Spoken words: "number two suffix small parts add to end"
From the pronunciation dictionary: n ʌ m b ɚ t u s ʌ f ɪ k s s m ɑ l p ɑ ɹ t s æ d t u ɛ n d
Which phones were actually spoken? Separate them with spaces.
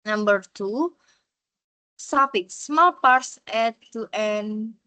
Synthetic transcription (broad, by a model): n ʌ m b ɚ t u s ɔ p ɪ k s s m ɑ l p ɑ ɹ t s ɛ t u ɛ n